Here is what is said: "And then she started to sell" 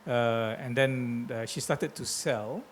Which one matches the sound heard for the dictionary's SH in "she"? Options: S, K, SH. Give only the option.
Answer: SH